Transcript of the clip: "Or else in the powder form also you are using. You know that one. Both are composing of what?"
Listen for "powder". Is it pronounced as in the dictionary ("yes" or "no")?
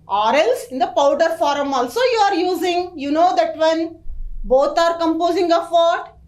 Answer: yes